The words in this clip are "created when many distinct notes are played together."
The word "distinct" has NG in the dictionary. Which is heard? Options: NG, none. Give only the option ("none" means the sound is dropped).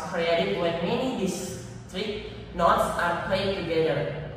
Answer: none